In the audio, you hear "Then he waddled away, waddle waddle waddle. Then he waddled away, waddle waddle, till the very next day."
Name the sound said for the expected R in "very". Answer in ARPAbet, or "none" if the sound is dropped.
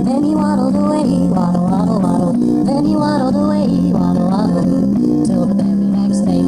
none